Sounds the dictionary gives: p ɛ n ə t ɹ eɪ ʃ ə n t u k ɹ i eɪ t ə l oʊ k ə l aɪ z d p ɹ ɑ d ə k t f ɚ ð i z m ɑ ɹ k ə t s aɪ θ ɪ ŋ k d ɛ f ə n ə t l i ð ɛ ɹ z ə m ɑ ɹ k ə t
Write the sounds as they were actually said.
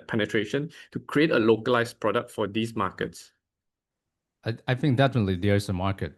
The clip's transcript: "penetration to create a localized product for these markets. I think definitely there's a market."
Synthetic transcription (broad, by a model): p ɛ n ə t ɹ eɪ ʃ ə n t u k ɹ i eɪ t ə l oʊ k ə l aɪ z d p ɹ ɑ d ə k t f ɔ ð i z m ɑ k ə t s aɪ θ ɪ ŋ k d ɛ f ə n ə t l i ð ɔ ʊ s ə m ɑ ɹ k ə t